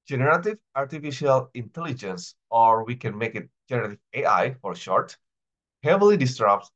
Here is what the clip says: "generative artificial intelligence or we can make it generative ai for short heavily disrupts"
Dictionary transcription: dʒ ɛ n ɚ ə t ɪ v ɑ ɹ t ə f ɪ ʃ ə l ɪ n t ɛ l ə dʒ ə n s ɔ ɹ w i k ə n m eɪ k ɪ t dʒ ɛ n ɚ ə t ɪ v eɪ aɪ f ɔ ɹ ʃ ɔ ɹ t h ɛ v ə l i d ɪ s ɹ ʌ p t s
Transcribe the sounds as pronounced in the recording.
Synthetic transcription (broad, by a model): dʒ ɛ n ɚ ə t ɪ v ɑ ɹ t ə f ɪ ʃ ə l ɪ n t ɛ l ə dʒ ə n s ɔ ɹ w i k ə n m eɪ k ɪ t dʒ ɛ n ɚ ə t ɪ v eɪ aɪ f ɔ ɹ ʃ ɔ ɹ t h ɛ v ə l i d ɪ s ɹ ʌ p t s